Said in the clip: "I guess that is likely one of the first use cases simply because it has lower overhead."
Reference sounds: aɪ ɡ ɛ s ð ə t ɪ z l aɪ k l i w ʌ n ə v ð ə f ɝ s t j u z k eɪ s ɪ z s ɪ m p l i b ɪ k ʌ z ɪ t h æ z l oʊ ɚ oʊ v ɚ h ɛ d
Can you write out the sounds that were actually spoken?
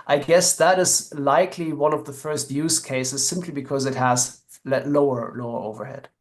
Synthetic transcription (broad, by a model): aɪ ɡ ɛ s ð ə t ɪ z l aɪ k l i w ʌ n ə v ð ə f ɝ s t j u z k eɪ s ɪ z s ɪ m p l i b ɪ k ʌ z ɪ t h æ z l oʊ ɚ oʊ v ɚ h ɛ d